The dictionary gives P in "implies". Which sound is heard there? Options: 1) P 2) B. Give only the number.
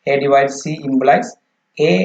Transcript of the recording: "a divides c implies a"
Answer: 2